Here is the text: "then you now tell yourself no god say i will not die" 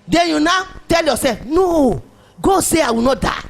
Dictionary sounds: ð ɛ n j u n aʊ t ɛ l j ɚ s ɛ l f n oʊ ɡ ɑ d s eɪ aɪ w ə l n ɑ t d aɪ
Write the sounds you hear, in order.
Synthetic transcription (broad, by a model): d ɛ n j u n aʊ t ɛ l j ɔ s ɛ f n oʊ ɡ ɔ s eɪ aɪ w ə n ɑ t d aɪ